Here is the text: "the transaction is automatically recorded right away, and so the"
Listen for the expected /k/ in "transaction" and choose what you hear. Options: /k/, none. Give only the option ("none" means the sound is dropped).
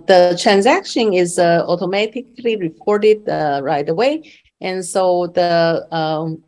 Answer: /k/